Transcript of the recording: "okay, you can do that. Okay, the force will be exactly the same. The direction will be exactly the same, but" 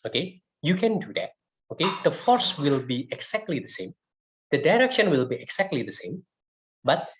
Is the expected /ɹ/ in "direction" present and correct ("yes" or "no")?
yes